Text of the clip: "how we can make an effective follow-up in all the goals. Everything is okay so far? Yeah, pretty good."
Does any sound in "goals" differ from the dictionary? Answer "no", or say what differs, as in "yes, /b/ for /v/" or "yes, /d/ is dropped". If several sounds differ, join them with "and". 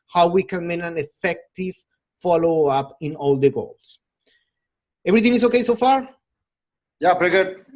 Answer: yes, /s/ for /z/